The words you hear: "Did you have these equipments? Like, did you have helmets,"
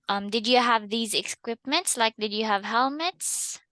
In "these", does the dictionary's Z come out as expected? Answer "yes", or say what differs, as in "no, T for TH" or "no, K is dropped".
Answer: yes